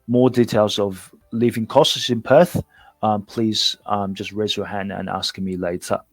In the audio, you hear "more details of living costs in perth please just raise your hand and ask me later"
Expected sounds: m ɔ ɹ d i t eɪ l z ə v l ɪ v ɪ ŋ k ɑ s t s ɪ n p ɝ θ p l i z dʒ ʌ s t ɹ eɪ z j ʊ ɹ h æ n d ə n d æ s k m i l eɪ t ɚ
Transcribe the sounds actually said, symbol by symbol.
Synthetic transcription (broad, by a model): m ɔ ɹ d i t eɪ l z ə v l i v ɪ ŋ k ɑ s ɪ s ɪ n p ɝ θ p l i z dʒ ʌ s t ɹ eɪ z j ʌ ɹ h æ n d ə n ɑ s k m i l eɪ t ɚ